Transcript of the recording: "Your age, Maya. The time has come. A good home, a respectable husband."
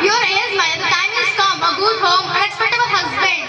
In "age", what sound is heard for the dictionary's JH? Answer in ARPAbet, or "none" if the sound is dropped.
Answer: Z